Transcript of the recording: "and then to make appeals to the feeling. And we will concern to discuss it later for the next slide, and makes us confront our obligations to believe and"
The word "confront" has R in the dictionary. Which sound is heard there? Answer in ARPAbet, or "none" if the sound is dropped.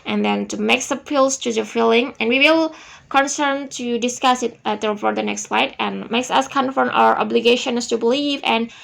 none